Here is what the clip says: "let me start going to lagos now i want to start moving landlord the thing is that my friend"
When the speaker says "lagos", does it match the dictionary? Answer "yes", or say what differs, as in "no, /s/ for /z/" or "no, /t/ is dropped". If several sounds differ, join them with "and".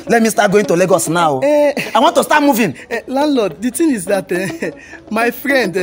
yes